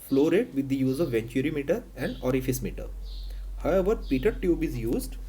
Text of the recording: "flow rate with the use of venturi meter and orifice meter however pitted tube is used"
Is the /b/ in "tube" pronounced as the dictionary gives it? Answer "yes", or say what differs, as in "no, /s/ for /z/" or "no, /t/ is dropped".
yes